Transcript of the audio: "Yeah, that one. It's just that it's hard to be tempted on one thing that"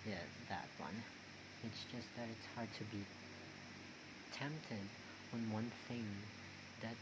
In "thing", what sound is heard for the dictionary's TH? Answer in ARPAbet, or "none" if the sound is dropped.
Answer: TH